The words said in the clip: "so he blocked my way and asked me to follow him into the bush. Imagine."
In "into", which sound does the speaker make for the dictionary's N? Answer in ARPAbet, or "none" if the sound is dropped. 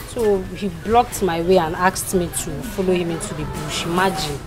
N